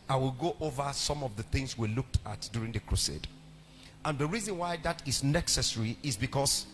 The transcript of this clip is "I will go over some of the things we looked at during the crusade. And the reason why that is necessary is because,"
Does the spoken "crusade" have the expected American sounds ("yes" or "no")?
yes